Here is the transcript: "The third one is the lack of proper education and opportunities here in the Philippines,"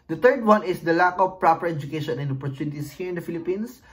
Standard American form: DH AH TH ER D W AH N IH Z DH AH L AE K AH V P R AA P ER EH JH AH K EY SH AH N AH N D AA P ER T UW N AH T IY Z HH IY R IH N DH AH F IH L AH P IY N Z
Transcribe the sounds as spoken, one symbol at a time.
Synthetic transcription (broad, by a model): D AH T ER D W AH N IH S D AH L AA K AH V P R AA P ER EH JH AH K EY SH AH N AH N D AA P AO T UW N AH T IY S HH IY R IH N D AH F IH L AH P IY N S